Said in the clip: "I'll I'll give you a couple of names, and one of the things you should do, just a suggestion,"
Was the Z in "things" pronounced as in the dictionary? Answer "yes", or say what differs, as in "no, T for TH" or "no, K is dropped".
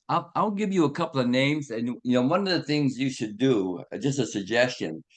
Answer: yes